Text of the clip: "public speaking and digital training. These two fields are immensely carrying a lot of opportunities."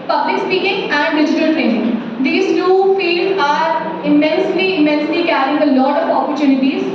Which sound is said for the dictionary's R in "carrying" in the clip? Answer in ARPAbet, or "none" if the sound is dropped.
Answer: L